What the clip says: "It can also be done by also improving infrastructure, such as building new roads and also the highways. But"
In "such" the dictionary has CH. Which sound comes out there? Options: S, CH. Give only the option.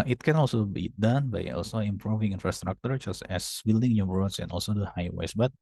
S